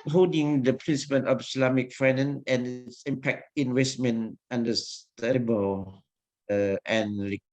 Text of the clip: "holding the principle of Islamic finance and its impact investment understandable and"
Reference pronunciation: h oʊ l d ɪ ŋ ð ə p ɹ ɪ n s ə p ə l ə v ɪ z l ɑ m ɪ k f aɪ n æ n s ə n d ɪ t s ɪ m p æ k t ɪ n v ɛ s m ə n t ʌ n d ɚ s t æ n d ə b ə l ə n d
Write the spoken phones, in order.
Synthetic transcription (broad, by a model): h oʊ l d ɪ ŋ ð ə p ɹ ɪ n s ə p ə n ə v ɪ s l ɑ m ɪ k f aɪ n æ n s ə n ɪ t s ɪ m p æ k t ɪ n w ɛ s m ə n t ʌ n d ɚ s t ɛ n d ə b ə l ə n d